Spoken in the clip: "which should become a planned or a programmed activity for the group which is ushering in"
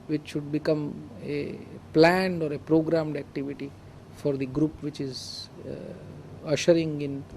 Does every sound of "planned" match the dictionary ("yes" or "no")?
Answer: yes